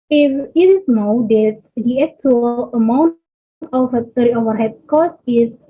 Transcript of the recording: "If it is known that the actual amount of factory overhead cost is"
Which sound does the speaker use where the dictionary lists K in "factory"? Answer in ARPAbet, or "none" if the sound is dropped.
none